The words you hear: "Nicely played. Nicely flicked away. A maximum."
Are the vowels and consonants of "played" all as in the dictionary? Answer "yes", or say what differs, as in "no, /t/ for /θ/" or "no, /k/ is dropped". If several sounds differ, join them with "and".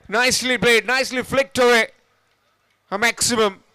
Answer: no, /b/ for /p/